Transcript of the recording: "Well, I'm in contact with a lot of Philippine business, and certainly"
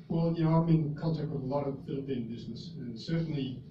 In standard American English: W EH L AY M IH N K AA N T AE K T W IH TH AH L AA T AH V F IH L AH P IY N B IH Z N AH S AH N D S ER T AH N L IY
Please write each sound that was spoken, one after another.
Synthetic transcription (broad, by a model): W EH L AY M IH N K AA L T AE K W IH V AH L AA T AH V F IH L AH P IY N B IH Z N AH S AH N S ER T N L IY